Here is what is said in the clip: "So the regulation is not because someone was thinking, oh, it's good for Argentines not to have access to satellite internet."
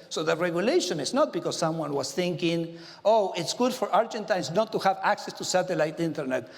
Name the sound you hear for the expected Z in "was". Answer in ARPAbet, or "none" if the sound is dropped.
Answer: S